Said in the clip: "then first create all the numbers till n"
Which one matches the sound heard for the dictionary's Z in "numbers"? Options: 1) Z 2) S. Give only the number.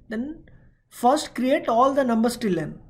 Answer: 2